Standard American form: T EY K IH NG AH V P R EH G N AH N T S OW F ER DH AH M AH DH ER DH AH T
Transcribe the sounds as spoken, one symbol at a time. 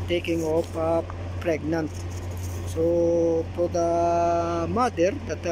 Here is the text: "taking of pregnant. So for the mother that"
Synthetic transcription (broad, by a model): T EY K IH NG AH P P R EH G N AH N T S OW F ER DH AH M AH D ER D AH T